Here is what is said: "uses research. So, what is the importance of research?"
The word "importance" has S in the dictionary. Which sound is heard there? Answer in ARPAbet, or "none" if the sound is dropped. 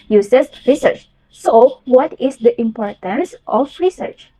S